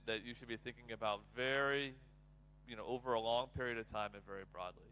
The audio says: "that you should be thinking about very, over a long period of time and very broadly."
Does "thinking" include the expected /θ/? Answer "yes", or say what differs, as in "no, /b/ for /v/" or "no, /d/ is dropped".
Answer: yes